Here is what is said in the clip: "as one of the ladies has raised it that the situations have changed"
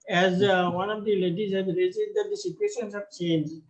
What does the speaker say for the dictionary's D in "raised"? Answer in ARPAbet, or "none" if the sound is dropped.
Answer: none